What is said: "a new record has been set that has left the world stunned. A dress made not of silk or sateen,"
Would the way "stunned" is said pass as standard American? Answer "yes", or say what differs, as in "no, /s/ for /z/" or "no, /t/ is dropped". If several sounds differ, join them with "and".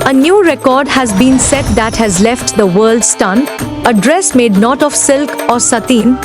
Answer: no, /d/ is dropped